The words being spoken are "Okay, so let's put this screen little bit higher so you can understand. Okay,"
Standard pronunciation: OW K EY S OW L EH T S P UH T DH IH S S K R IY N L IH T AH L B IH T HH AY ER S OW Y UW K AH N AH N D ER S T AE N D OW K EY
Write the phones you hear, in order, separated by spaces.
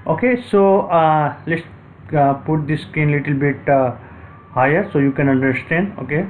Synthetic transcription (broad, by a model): OW K EY S OW L EH T S P UH T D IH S S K IY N L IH T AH L B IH T HH AY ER S OW Y UW K AH N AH N D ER S T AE N D OW K EY